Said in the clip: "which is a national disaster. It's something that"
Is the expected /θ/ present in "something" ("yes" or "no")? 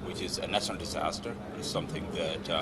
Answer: yes